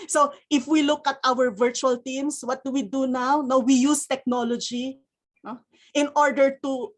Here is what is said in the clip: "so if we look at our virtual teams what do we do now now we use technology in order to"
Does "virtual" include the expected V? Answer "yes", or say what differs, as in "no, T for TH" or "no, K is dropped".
yes